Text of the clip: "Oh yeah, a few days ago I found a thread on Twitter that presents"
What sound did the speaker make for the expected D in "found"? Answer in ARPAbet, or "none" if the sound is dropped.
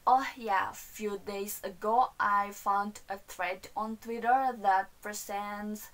D